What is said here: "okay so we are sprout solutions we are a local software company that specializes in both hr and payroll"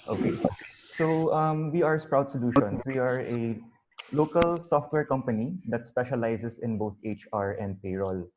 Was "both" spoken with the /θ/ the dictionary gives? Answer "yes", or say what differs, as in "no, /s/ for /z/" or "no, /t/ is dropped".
no, /t/ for /θ/